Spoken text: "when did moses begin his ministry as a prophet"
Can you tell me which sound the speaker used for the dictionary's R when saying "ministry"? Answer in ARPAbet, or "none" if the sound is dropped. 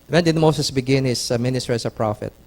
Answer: none